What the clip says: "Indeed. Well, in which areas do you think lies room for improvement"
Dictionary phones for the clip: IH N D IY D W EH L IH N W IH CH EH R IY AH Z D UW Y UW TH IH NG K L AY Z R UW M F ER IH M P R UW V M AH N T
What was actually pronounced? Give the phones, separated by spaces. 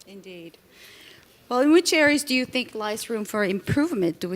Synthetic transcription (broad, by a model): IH N D IY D W EH L IH N W IH CH EH R IY AH Z D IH Y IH TH IH NG K L AY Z R UW M F ER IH M P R UW V M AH N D